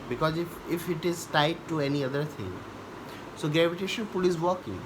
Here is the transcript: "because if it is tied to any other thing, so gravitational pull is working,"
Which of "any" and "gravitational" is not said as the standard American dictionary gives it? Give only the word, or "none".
gravitational